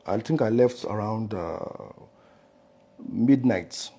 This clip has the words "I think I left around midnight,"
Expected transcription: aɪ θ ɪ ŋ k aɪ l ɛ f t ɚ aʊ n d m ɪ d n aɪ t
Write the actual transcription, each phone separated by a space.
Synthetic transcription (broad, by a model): aɪ t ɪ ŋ k aɪ l ɛ f t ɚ aʊ n d m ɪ d n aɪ t